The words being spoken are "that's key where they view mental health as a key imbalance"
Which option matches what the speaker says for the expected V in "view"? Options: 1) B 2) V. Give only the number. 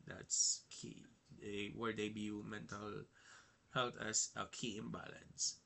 1